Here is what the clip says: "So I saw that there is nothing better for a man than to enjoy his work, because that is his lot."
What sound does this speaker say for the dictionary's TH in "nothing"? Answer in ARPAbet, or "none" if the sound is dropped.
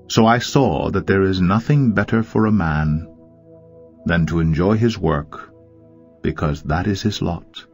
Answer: TH